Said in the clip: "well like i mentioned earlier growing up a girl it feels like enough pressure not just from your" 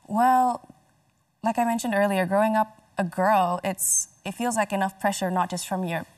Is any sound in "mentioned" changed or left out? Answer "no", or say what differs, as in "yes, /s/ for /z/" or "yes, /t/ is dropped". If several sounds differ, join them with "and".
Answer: no